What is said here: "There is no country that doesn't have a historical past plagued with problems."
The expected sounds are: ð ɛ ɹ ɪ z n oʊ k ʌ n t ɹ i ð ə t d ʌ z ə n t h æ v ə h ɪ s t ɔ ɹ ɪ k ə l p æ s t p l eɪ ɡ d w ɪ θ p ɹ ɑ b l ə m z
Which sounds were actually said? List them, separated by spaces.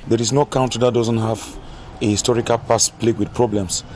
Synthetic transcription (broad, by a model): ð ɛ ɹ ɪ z n oʊ k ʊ n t i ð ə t d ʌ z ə n t h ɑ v ə h ɪ s t ɔ ɹ ɪ k ə l p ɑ s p l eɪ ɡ w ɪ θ p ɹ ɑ b l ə m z